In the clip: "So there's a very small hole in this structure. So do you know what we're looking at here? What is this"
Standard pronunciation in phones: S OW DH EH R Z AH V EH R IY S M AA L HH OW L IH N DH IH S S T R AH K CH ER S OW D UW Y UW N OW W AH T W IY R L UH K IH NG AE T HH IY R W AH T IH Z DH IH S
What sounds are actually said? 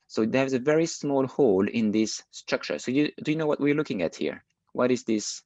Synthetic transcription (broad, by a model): S OW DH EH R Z AH V EH R IY S M AA L HH OW L IH N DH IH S S T R AH K CH ER S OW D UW Y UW N OW W AH T W IY R L UH K IH NG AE T HH IY R W AH T IH Z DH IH S